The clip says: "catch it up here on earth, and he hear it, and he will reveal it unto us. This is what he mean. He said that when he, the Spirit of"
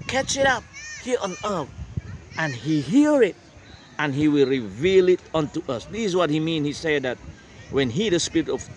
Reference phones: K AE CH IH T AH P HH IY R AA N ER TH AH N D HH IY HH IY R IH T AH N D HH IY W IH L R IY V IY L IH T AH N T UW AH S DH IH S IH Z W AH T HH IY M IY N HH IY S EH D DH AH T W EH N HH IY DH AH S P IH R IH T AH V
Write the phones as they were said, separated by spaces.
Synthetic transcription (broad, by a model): K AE CH IH T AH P HH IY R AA N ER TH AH N HH IY HH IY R IH T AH N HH IY W IH L R IY V IY L IH T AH N T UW AH S DH IH S IH Z W AH T HH IY M IY N HH IY S EH D DH AH T W EH N HH IY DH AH S P IH R IH T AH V